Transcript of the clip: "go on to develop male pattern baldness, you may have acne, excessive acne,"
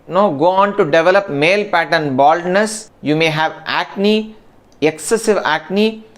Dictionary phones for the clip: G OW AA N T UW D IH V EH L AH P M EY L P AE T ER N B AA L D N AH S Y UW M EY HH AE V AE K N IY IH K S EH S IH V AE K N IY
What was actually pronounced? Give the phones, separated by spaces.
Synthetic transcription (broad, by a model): G OW AA N T UW D IH V EH L AH P M EY L P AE T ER N B AA L D N AH S Y UW M EY HH AE V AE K N IY IH K S EH S IH V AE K N IY